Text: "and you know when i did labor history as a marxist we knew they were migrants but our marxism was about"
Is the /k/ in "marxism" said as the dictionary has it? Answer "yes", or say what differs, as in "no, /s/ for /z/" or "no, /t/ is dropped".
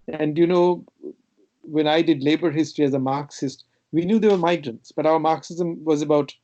yes